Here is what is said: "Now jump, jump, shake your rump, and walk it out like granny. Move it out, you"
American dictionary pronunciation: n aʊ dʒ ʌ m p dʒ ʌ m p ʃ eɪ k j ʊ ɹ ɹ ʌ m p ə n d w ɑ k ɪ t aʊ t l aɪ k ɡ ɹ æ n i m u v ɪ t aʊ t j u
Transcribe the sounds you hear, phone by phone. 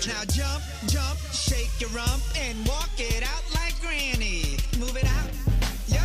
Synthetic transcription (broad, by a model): n aʊ dʒ ʌ m p dʒ ʌ m p ʃ eɪ k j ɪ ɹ ɹ ʌ m p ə n w ɑ k ɪ t aʊ t l aɪ k ɡ ɹ æ n i m u v ɪ t aʊ t j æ